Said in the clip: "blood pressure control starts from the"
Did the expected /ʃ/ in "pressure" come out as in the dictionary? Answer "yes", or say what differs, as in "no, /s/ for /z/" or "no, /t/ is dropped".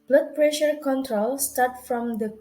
yes